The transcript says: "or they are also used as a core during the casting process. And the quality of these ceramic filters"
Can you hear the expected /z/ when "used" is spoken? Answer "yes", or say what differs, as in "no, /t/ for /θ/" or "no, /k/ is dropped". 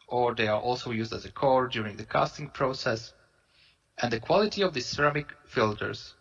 yes